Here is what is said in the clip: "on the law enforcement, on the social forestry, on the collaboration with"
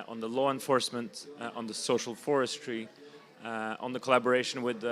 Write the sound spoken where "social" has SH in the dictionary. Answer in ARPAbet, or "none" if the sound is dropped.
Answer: SH